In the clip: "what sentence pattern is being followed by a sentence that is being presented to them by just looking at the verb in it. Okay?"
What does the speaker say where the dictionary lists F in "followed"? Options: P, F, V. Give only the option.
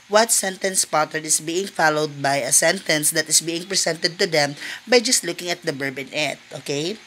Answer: F